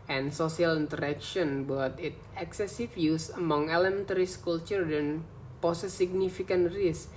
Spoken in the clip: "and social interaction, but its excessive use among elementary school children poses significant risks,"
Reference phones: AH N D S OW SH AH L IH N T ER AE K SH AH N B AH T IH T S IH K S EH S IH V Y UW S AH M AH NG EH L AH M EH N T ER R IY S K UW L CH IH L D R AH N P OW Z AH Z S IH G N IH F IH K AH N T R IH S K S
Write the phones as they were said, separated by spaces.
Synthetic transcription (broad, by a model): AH N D S OW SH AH L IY N T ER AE K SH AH N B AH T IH T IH K S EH S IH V Y UW S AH M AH NG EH L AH M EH N T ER R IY S K UW L CH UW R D AH N P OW S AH S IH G N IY F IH K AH N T R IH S S